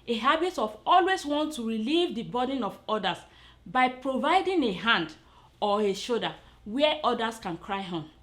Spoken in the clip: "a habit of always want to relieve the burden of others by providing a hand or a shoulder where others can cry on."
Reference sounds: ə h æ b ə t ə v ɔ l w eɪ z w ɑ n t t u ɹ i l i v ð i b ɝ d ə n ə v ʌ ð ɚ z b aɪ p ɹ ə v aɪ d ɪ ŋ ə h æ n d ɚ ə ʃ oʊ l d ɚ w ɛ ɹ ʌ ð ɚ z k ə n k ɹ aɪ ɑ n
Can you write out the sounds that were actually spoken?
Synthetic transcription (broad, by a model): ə h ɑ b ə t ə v ɔ l w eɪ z w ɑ n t t u ɹ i l i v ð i b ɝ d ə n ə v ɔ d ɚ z b aɪ p ɹ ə v aɪ d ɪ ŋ ə h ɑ n d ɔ ə ʃ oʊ d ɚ w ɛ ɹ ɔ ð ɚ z k ə n k ɹ aɪ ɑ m